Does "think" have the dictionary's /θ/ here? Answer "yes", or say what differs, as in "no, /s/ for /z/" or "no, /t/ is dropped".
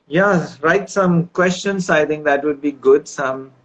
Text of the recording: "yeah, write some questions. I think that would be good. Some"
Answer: no, /t/ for /θ/